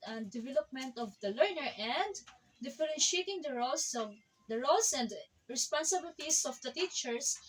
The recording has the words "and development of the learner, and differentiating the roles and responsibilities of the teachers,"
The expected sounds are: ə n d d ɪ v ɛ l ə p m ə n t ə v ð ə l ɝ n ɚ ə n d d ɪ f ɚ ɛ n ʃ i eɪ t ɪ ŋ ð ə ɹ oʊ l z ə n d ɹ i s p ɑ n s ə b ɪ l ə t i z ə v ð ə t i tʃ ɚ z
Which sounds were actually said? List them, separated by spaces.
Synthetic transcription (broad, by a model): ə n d d ɪ v ɛ l ə p m ə n t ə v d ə l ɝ n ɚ ə n d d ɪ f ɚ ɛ n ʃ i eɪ t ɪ ŋ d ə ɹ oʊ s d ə n d ɹ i s p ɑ n s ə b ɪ l t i s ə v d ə t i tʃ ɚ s